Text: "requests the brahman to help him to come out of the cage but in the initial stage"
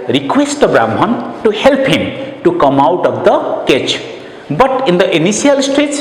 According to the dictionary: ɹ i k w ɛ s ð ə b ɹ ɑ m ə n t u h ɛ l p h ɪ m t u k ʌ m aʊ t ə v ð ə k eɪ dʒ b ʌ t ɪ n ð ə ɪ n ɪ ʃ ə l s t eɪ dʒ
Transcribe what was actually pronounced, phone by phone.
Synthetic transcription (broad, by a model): ɹ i k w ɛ s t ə b ɹ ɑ m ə n t u h ɛ l p h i m t u k ʌ m aʊ t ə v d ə k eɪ tʃ b ʌ t ɪ n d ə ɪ n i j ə l s t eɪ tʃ